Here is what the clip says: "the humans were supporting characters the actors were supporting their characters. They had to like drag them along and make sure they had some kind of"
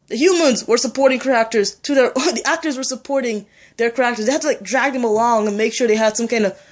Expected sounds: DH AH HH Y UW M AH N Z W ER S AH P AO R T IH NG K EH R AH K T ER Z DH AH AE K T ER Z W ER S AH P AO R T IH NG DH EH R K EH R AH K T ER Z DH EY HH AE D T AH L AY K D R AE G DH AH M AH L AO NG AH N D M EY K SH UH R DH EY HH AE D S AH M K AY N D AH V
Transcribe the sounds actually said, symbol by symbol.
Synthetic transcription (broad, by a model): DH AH HH Y UW M AH N Z W ER S AH P AO R T IH NG K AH R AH K T ER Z DH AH AE K T ER Z W ER S AH P AO R T IH NG DH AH R K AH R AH K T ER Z DH EY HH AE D T AH L AY K D R AE G DH AH M AH L AO NG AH N M EY K SH UH R DH EY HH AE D S AH M K AY N D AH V